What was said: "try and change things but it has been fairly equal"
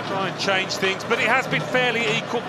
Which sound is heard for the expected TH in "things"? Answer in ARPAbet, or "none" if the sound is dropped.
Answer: TH